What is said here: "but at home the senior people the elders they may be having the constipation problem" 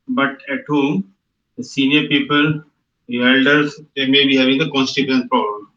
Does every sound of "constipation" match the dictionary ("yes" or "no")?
no